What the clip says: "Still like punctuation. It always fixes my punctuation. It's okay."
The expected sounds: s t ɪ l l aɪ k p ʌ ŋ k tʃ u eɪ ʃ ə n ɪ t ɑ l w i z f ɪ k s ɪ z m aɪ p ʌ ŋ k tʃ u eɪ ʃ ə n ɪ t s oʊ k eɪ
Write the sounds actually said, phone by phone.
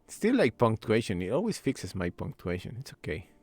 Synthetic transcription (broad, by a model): s t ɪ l l aɪ k p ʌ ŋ k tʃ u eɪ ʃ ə n ɪ t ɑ l w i s f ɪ k s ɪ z m aɪ p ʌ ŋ k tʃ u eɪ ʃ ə n ɪ t s oʊ k eɪ